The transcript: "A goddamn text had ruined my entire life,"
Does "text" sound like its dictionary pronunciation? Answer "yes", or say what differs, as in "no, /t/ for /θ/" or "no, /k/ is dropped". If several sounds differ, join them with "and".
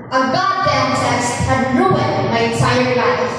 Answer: no, /k/ is dropped